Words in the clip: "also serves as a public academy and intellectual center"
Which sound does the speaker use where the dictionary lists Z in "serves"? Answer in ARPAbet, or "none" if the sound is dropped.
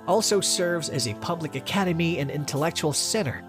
Z